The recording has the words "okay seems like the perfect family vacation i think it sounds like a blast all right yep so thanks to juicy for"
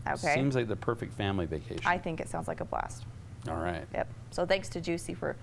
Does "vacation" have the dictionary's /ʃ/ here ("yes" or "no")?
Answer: no